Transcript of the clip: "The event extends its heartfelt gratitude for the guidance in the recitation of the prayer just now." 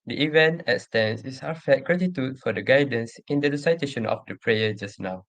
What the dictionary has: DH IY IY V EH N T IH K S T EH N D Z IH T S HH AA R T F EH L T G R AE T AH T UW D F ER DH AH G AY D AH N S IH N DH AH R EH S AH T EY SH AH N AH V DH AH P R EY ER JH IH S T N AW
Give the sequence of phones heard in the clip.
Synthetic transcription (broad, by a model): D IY IY V EH N T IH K S T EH N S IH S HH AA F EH T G R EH T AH T UW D F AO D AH G AY D AH N S IH N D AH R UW S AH T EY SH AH N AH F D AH P R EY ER JH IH S N AW